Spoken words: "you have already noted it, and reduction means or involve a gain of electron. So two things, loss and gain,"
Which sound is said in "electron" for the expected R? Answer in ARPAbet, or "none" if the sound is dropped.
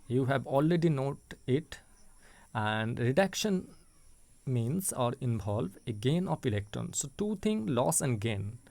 R